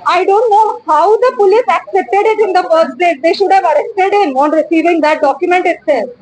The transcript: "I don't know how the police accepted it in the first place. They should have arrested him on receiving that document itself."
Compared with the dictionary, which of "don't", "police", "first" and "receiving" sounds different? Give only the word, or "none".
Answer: first